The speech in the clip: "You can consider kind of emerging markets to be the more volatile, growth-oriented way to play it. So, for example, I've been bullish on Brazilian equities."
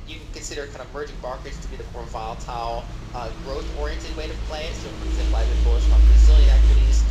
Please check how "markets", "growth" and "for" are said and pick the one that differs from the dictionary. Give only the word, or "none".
none